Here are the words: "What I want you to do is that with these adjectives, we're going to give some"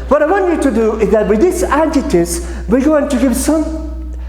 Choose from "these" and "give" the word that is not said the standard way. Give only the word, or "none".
these